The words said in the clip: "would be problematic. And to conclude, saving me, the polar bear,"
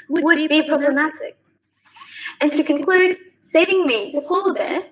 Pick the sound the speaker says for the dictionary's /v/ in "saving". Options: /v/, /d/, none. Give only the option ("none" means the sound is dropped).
none